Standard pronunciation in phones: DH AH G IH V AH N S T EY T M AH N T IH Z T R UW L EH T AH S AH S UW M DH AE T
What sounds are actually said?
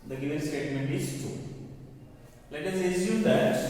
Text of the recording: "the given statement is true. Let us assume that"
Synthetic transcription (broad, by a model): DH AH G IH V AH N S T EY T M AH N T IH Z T UW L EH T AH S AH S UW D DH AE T